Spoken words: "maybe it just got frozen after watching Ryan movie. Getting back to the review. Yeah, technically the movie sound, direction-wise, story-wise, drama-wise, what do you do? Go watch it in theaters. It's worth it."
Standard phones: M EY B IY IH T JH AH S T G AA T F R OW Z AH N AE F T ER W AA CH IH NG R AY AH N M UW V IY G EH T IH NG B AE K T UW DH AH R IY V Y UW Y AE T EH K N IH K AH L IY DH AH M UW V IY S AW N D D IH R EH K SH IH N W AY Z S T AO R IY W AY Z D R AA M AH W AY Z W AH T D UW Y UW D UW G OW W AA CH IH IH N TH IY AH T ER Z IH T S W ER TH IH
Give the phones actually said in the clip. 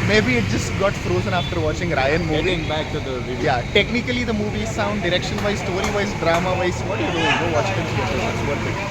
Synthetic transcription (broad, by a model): M EY B IY IH T JH AH S T G AA T F R OW Z AH N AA F T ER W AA CH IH NG R AY AH N M UW V IY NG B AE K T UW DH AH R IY Y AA T EH K N IH K AH L IY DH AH M UW V IY S AW N D D IH R EH K SH IH N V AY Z S T AO R IY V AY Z D R AA M AH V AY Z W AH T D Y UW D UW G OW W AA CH IH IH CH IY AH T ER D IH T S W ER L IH